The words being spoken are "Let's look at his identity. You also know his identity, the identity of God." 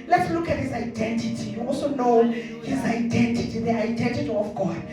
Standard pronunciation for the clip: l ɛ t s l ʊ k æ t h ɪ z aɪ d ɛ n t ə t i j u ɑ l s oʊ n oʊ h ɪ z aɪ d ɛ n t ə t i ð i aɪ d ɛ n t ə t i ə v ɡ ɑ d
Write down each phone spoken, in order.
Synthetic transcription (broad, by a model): l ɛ t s l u k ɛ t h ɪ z aɪ d ɛ n t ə t i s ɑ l oʊ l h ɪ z aɪ d ɛ n t ə t i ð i aɪ d ɛ n t ə t i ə f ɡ ɑ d